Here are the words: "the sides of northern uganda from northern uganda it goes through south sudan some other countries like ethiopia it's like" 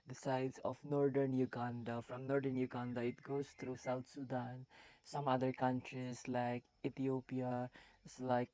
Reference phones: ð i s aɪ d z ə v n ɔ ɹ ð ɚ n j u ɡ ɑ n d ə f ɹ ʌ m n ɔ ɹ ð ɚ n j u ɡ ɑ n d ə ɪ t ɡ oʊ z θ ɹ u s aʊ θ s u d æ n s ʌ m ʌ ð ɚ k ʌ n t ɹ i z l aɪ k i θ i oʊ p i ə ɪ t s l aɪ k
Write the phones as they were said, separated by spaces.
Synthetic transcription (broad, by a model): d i s aɪ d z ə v n ɔ ɹ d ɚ n j u ɡ ɑ n d ə f ɹ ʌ m n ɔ ɹ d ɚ n j u ɡ ɑ n d ə ɪ t ɡ oʊ z t ɹ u s aʊ t s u d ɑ n s ʌ m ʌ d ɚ k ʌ n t ɹ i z l aɪ k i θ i oʊ p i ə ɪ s l aɪ k